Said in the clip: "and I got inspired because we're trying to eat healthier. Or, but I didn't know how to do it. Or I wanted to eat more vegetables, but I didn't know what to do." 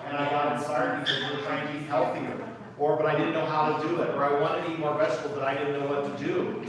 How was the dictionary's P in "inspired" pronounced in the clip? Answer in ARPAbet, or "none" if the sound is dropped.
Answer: none